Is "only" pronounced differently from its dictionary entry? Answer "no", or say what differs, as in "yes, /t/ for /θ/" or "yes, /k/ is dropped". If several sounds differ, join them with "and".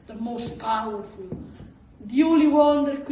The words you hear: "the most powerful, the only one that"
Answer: yes, /n/ is dropped